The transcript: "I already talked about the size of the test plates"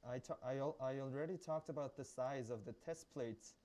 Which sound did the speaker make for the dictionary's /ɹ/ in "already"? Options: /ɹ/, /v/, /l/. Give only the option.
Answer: /ɹ/